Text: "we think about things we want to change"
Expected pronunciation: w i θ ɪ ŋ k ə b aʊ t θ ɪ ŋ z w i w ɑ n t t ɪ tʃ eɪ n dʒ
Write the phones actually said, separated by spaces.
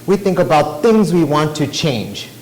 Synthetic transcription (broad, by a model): w i θ ɪ ŋ k ə b aʊ t θ ɪ ŋ z w i w ɑ n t t ɪ tʃ eɪ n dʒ